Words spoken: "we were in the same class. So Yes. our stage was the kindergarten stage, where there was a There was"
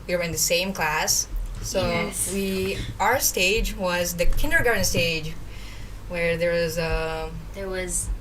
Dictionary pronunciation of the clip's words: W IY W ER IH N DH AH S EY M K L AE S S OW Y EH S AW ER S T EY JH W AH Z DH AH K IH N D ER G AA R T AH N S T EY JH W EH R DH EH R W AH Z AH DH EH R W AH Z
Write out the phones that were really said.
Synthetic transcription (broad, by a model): W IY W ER IH N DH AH S EY M K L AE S S OW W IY AW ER S T EY JH W AH Z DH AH K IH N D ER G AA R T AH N S T EY JH W EH R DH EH R W AH Z AH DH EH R W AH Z